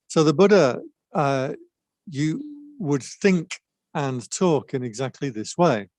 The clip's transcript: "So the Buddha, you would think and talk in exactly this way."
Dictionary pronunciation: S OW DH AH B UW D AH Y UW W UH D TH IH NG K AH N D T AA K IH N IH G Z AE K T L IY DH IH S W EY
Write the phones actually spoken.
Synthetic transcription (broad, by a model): S OW DH AH B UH D AH Y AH W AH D TH IH NG K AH N T AA K IH N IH G Z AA K T L IY DH IH S W EY